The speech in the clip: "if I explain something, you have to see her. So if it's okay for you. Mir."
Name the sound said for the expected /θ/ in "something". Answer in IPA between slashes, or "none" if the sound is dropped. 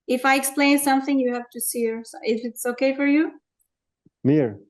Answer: /θ/